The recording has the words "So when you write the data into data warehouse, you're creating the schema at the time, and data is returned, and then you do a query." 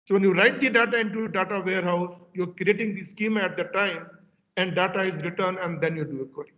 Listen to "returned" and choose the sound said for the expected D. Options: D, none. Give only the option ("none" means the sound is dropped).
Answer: none